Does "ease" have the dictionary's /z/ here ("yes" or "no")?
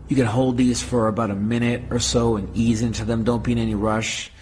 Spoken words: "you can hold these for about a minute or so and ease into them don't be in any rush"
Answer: yes